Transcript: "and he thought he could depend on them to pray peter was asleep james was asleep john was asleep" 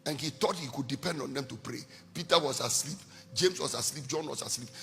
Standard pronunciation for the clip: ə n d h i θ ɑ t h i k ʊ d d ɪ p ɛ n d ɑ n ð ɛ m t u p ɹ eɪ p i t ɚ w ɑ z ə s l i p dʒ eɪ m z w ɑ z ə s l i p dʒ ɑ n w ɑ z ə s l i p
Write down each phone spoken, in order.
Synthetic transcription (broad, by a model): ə n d h i t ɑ t h i k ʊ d d ɪ p ɛ n d ɑ n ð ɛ m t u p ɹ eɪ p i t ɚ w ɑ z ə s l i p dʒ eɪ m s w ɑ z ə s l i p dʒ ɑ n w ɑ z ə s l i p